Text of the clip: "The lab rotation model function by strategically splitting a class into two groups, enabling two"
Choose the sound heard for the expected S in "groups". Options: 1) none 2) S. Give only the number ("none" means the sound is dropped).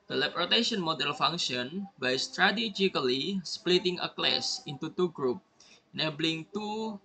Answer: 1